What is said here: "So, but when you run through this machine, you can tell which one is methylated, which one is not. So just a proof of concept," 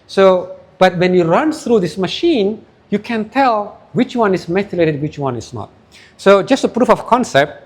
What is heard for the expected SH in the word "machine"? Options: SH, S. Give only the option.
SH